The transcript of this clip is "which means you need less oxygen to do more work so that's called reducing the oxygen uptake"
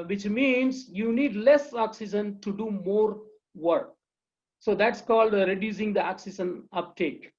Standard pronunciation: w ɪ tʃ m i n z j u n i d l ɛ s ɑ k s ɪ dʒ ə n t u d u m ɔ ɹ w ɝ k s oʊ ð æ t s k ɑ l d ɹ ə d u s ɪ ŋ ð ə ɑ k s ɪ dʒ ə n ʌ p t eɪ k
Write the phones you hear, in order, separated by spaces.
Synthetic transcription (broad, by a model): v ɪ tʃ m i n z j u n i d l ɛ s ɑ k s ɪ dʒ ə n t u d u m ɔ ɹ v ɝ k s oʊ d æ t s k ɑ l d ɹ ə d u s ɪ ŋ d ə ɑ k s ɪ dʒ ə n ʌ p t eɪ k